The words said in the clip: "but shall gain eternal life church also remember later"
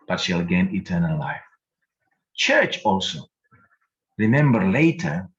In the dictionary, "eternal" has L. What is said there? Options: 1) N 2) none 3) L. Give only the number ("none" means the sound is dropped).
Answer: 3